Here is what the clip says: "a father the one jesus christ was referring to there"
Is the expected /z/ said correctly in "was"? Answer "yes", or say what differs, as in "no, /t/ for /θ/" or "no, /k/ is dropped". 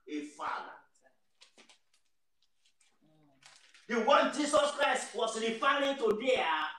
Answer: no, /s/ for /z/